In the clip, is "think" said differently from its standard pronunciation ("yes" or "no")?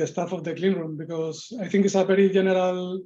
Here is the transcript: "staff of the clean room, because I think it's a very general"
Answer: yes